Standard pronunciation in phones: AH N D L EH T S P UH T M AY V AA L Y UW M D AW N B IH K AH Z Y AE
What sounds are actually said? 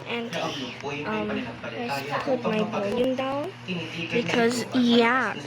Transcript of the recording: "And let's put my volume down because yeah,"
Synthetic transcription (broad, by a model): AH N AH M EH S P UH T M AY B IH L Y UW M D AW N B IH K AH Z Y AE